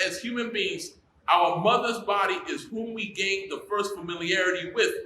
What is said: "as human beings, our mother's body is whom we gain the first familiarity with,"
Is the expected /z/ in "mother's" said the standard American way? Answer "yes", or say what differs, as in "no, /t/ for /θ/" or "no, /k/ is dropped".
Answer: yes